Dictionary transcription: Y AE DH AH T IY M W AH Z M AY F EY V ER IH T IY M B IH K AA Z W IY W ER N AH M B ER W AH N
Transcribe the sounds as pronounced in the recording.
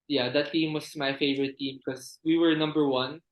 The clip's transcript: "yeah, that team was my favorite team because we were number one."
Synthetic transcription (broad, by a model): Y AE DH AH T IY M W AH S M AY F EY V ER IH T IY M K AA S W IY W ER N AH M B ER W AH N